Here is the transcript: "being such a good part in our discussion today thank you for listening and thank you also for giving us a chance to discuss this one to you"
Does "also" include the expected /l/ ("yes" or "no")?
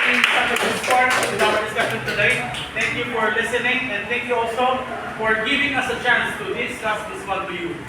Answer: yes